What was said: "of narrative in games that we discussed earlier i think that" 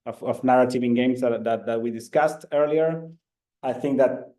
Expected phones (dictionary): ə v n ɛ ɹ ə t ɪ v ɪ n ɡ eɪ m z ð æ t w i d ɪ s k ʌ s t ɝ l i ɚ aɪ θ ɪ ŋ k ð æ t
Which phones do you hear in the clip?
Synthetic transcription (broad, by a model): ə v n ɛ ɹ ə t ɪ v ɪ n ɡ eɪ m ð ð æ t w i d ɪ s k ʌ s t ɝ l i ɚ aɪ θ ɪ ŋ k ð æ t